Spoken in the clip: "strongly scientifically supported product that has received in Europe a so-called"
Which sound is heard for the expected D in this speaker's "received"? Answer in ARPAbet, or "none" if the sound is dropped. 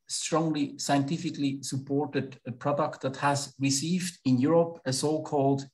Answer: D